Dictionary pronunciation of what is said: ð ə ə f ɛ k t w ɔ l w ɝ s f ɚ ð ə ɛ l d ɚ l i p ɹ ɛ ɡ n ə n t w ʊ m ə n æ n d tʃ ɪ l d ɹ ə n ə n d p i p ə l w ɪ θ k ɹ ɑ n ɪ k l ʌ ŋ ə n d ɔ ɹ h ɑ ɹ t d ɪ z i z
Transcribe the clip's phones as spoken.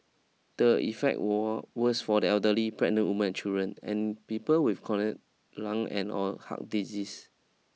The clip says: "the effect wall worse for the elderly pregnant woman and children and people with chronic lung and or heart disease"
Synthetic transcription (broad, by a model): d ə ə f ɛ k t w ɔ w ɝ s f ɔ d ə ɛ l d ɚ l i p ɹ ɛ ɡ n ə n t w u m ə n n tʃ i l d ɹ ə n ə n p i p ə l w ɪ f k ɑ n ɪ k l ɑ ŋ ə n ɔ l h ɑ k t d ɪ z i s